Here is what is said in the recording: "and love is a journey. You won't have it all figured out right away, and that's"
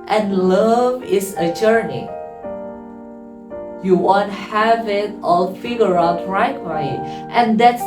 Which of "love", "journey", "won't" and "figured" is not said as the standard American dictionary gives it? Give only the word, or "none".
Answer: figured